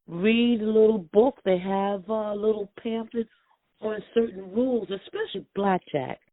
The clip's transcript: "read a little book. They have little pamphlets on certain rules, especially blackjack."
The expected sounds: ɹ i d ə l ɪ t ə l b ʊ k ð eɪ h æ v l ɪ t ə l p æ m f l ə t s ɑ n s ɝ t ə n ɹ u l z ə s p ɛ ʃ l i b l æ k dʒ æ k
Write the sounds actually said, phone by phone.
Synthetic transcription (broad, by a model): ɹ i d ə l ɪ t l b ʊ k ð eɪ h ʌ v l ɪ t l p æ m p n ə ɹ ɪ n s ɝ t n ɹ u l z ə s p ɛ ʃ l i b l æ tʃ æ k